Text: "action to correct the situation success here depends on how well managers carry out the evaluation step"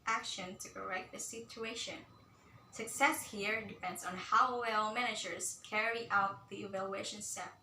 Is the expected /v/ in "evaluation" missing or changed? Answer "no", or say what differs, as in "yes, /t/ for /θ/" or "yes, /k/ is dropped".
no